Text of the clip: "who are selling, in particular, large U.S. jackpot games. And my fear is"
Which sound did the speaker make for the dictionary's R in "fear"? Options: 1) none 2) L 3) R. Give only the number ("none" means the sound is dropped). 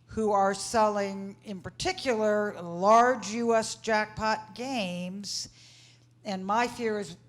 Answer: 3